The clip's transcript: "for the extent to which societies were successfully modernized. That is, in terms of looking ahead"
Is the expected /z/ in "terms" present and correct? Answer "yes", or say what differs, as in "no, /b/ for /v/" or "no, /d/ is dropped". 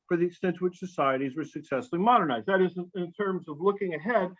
yes